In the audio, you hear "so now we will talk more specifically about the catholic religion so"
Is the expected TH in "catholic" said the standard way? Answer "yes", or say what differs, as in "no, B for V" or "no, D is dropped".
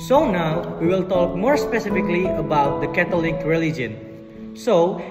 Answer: no, T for TH